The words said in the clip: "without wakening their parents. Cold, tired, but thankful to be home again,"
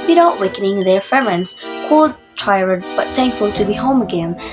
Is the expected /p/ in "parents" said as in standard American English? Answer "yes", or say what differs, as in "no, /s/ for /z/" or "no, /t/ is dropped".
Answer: no, /f/ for /p/